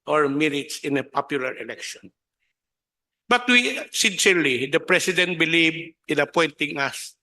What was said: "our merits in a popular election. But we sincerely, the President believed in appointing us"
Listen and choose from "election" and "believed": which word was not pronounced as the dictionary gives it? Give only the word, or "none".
believed